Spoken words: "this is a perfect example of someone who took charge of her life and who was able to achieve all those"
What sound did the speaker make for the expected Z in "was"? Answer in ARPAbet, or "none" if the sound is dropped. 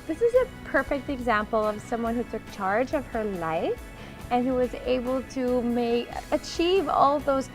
Z